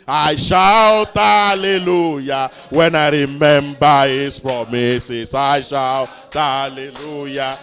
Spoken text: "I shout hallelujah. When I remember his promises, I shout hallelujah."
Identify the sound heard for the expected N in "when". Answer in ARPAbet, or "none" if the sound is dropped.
N